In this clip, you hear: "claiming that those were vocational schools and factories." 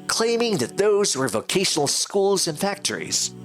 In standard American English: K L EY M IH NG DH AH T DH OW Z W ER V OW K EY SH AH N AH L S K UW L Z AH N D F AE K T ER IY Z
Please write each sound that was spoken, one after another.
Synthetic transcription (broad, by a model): K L EY M IH NG DH AH T DH OW Z W ER V OW K EY SH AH N L S K UW L Z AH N F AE K T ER IY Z